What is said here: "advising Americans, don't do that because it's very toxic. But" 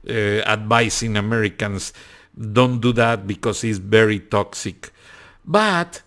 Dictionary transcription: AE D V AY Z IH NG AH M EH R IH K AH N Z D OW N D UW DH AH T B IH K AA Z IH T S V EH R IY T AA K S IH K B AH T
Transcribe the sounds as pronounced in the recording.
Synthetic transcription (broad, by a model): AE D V AY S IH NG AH M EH R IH K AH N S D OW N D UW DH AH T B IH K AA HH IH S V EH R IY T AA K S IH K B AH T